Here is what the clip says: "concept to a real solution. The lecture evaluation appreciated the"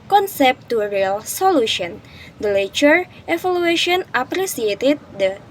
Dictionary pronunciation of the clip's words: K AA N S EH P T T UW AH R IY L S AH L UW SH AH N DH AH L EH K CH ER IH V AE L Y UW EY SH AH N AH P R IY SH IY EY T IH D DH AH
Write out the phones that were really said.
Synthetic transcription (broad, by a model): K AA N S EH P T T UW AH R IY L S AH L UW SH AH N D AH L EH CH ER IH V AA L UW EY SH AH N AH P R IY S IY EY T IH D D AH